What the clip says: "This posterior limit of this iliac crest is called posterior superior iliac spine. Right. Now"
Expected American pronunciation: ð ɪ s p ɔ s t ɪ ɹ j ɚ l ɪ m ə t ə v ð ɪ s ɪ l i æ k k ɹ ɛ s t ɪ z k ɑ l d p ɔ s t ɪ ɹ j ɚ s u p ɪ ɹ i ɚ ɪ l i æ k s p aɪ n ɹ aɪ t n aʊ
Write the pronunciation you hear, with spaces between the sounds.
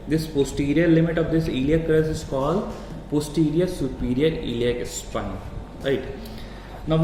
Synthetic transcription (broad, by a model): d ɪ s p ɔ s t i ɹ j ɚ l ɪ m ə t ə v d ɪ s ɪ l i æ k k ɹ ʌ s ɪ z k ɑ l d p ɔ s t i ɹ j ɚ s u p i ɹ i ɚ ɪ l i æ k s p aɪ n ɹ aɪ t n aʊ